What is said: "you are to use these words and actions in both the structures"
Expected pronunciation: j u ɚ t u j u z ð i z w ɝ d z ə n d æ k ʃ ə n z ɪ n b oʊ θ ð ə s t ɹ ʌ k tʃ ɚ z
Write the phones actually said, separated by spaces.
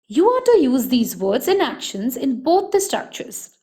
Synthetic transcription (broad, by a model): j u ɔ t u j u z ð i z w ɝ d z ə n æ k ʃ ə n z ɪ n b oʊ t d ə s t ɹ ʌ k tʃ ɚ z